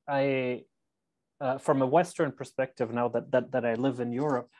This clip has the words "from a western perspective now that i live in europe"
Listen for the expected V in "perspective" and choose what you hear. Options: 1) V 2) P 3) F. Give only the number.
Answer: 1